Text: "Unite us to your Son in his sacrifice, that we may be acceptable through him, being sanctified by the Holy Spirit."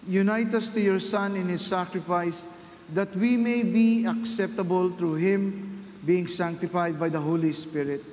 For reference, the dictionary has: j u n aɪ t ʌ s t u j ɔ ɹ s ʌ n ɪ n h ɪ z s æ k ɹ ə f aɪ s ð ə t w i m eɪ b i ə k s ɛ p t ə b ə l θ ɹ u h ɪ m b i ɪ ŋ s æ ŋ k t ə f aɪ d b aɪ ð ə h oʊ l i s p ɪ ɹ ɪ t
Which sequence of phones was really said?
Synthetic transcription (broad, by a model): j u n aɪ t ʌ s t u j ɔ ɹ s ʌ n ɪ n h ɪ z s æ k ɹ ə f aɪ s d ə t w i m eɪ b i ə k s ɛ p t ə b ə l t ɹ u h ɪ m b i ɪ ŋ s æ ŋ k t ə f aɪ d b aɪ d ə h oʊ l i s p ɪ ɹ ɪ t